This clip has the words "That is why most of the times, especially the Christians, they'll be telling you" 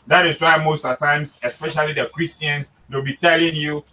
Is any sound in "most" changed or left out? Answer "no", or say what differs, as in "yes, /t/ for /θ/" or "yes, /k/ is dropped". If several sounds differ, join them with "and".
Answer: no